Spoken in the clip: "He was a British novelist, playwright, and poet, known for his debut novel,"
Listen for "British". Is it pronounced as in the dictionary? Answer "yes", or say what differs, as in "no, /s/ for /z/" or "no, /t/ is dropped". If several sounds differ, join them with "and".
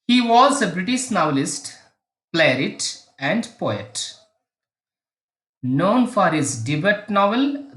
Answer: yes